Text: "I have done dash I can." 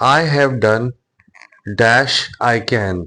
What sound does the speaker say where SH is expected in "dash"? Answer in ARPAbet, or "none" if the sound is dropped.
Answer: SH